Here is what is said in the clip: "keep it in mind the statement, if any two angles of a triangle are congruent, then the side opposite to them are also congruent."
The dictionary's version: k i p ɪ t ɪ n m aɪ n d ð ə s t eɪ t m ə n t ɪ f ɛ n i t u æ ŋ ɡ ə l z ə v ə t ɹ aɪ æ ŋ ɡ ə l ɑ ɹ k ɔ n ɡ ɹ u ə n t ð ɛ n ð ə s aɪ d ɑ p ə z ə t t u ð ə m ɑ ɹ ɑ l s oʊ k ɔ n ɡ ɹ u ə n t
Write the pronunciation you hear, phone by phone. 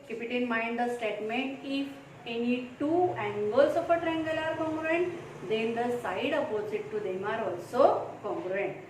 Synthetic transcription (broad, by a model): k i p ɪ t ɪ n m aɪ n d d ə s t eɪ t m ə n t ɪ f ɛ n i t u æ ŋ ɡ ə l s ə p ə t ɹ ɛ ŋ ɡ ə l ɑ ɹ k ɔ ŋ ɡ ɹ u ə n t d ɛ n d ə s aɪ d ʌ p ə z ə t t u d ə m ɑ ɹ ɑ l s oʊ k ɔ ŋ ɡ ɹ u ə n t